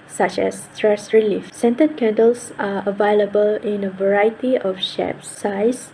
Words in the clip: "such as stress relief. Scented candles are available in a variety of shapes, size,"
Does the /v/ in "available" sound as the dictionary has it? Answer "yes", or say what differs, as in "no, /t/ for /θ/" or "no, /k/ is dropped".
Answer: yes